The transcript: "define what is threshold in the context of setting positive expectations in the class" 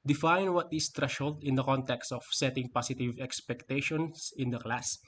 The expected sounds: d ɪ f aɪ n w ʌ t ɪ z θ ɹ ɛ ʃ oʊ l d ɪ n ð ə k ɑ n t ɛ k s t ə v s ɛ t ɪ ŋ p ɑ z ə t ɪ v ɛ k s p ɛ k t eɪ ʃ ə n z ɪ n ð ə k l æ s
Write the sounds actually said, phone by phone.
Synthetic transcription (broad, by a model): d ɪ f aɪ n w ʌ t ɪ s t ɹ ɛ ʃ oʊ l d ɪ n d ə k ɑ n t ɛ k s t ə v s ɛ t ɪ ŋ p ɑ s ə t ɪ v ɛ k s p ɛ k t eɪ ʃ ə n s ɪ n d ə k l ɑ s